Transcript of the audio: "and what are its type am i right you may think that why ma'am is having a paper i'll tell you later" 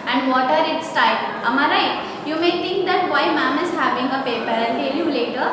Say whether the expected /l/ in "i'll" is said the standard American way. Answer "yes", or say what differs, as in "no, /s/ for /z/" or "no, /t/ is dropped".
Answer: no, /n/ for /l/